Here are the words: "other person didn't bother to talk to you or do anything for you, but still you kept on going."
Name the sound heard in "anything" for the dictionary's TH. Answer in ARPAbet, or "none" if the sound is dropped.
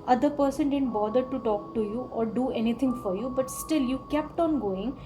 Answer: T